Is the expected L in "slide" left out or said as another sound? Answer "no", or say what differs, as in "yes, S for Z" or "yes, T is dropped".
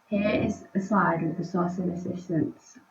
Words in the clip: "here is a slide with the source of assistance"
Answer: yes, L is dropped